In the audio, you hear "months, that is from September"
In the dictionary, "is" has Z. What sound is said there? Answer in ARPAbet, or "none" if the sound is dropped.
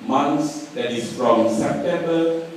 S